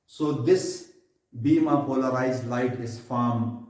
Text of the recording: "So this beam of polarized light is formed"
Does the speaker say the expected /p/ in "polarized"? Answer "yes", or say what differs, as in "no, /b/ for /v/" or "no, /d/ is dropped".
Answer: yes